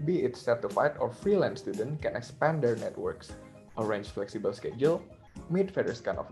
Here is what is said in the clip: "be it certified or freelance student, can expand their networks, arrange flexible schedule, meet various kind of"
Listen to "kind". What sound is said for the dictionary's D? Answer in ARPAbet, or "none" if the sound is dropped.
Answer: none